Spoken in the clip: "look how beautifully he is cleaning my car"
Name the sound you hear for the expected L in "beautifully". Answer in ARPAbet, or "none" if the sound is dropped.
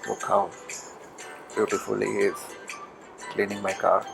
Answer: none